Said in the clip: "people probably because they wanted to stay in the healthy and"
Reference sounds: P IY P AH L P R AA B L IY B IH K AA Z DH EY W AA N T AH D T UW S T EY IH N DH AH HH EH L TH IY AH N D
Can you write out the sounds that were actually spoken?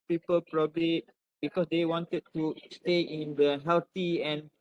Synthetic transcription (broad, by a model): P IY P AH L P R AA B L IY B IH K AA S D EY W AA N T AH D T UW S T EY IH N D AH HH EH L T IY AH N